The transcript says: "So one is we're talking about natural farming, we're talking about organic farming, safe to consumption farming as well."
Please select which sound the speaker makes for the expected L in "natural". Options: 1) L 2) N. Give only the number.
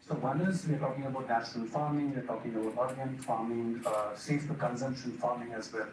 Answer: 2